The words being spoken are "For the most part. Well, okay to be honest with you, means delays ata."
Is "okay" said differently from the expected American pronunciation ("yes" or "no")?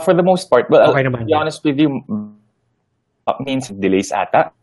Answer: yes